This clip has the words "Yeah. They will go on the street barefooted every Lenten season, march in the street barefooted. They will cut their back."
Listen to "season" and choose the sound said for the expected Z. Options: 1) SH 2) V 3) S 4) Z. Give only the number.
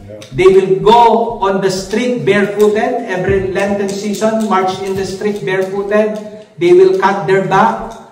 3